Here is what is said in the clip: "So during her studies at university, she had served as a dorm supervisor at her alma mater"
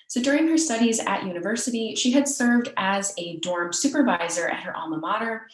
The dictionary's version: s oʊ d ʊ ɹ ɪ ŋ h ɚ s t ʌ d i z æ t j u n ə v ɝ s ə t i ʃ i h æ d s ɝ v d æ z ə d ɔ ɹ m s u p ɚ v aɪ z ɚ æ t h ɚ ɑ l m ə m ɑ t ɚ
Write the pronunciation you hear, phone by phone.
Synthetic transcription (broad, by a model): s oʊ d ʊ ɹ ɪ ŋ h ɚ s t ʌ d i z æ t j u n ə v ɝ s ə t i ʃ i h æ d s ɝ v d æ z ə d ɔ ɹ m s u p ɚ v aɪ z ɚ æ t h ɚ ɑ l m ə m ɑ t ɚ